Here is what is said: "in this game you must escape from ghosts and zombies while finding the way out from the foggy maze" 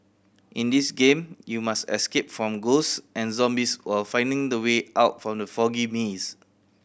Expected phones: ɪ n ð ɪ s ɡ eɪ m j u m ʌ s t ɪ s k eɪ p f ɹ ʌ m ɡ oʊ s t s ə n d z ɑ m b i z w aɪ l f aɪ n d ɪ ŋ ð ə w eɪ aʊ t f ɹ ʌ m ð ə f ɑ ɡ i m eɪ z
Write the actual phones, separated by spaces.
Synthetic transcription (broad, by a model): ɪ n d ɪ s ɡ eɪ m j u m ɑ s t ɪ s k eɪ p f ɹ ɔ m ɡ oʊ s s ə n z ɑ m b i s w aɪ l f aɪ n d ɪ ŋ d ə w eɪ aʊ t f ɹ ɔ m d ə f ɑ ɡ i m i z